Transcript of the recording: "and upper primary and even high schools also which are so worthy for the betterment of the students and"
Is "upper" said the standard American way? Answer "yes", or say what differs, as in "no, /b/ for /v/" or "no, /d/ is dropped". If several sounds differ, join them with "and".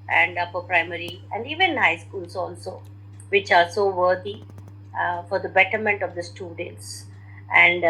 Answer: no, /f/ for /p/